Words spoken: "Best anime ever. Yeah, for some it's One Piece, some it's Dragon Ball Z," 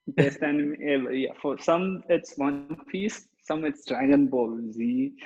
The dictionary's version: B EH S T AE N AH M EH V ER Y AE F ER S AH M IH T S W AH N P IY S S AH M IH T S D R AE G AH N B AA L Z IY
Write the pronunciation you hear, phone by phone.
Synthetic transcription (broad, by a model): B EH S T AE N AH M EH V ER Y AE F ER S AH M IH T S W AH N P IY S S AH M IH T S D R AE G AH N B AA L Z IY